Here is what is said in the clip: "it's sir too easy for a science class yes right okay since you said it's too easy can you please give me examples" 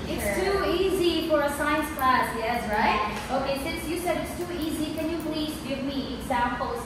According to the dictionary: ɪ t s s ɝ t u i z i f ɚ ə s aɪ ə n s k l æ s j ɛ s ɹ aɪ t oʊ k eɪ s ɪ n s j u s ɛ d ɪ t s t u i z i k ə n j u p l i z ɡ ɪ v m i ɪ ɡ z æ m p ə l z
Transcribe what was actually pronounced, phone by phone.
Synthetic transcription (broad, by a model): ɪ t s s t u i z i f ɚ ə s aɪ ə n s k l æ s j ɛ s ɹ aɪ t oʊ k eɪ s ɪ n s j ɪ s ɛ d ɪ t s t u i z i k ə n j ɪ p l i z ɡ ɪ v m i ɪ ɡ z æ m p l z